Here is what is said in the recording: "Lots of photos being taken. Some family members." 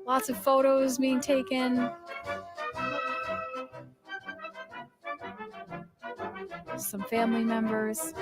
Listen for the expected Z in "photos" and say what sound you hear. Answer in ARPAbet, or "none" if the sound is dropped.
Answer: Z